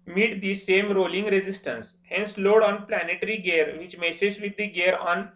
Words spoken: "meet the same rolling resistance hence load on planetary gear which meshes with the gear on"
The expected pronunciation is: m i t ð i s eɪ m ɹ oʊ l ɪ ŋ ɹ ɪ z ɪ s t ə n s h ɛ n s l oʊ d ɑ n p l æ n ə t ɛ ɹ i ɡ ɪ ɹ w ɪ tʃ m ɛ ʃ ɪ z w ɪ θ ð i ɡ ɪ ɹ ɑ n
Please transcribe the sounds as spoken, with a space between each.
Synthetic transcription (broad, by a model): m i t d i s eɪ m ɹ oʊ l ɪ ŋ ɹ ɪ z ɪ s t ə n s h ɛ n s l oʊ d ɑ n p l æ n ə t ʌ ɹ i ɡ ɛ ɹ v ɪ tʃ m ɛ s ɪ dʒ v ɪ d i ɡ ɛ ɹ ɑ n